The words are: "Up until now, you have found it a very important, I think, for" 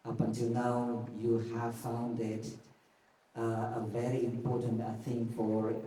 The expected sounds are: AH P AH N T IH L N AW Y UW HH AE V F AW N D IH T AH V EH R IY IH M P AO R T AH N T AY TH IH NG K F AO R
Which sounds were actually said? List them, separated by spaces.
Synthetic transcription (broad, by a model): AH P AH N T IH L N AW Y UW HH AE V F AW N D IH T AH V EH R IY IH M P AO R T AH N T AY TH IH NG K F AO R